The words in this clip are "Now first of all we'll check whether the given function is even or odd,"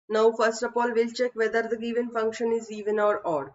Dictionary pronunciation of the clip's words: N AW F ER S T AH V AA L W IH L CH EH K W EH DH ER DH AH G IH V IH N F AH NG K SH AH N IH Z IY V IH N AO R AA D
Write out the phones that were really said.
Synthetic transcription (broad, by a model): N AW F ER S T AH P AA L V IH L CH EH K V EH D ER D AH G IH V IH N F AH NG K SH AH N IH Z IY V IH N AO R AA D